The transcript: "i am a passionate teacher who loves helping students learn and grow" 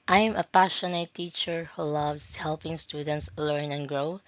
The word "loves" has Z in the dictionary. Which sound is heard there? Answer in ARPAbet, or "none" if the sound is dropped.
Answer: S